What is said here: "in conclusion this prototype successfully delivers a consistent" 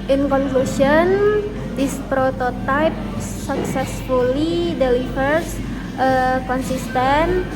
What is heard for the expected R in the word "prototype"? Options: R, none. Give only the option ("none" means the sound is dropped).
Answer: R